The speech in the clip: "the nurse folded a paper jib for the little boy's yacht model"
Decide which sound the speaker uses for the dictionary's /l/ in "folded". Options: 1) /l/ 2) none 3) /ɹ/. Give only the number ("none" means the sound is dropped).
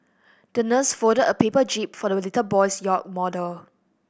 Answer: 2